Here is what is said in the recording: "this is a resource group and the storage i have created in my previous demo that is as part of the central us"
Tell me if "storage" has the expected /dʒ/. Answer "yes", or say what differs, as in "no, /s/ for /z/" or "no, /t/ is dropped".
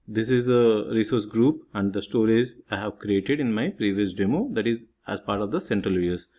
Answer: no, /z/ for /dʒ/